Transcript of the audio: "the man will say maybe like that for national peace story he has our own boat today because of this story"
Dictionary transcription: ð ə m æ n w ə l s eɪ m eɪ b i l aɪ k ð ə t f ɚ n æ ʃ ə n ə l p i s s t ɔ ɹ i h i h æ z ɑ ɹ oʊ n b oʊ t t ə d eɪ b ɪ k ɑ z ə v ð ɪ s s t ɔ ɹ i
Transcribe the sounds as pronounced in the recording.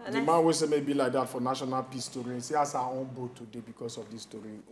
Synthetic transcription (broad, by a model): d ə m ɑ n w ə s eɪ m eɪ b i l aɪ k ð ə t f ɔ n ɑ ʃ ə n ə l p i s s t ɔ ɹ i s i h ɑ s ɑ oʊ n b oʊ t t ə d eɪ b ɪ k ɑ s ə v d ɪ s s t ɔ ɹ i